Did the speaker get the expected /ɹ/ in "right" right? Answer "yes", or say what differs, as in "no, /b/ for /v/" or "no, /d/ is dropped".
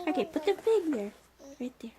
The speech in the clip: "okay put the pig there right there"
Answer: yes